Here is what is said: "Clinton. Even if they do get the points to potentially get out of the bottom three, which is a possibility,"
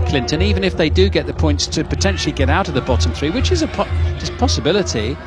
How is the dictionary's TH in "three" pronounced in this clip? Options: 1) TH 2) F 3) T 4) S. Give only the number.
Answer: 1